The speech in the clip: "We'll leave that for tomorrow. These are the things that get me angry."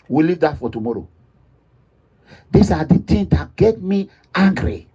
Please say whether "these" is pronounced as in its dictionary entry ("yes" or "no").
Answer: no